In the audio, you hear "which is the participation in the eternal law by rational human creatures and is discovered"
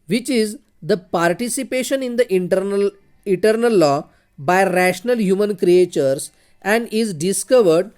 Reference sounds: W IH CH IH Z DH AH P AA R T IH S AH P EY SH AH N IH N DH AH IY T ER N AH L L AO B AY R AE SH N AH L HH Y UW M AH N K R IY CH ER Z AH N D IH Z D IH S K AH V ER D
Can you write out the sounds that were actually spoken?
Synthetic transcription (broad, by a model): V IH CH IH Z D AH P AA R T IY S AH P EY SH AH N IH N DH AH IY T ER N AH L L AO B AY R AE SH N AH L HH Y UW M AH N K R IY CH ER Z AH N D IH Z D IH S K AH V ER D